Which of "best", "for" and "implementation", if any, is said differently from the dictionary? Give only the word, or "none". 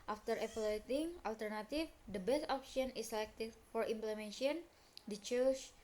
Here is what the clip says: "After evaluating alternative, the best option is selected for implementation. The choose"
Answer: implementation